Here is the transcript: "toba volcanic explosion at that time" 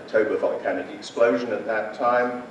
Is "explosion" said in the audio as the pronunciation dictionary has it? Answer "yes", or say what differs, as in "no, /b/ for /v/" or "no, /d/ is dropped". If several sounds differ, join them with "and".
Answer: yes